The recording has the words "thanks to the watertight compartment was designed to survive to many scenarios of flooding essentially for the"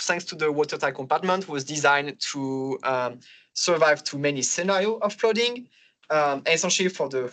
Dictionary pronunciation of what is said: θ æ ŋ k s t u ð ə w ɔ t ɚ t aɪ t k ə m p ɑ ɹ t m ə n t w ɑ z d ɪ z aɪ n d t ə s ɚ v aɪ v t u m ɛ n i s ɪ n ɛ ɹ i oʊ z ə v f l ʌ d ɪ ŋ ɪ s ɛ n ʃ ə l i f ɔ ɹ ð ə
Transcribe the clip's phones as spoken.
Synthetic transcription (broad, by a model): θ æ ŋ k s t u ð ə w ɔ t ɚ t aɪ k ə m p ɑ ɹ t m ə n t w ɑ z d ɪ z aɪ n t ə s ɚ v aɪ v t u m ɛ n i s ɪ n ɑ ɹ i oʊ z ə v p l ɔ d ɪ ŋ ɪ s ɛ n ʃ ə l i f ɔ ɹ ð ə